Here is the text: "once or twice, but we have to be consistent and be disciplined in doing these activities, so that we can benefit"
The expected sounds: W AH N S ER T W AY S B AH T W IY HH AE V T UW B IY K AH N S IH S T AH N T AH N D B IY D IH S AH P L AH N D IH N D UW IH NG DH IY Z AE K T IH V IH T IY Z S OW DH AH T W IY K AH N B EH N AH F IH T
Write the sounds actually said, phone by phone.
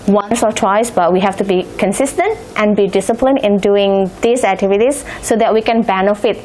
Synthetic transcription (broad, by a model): W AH N S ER T W AY S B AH T W IY HH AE F T UW B IY K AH N S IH S T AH N T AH N B IY D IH S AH P L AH N IH N D UW IH NG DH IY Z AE K T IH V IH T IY S OW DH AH T W IY K AH N B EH N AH F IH T